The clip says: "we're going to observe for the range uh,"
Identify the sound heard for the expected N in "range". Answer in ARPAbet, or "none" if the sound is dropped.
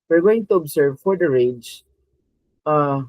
none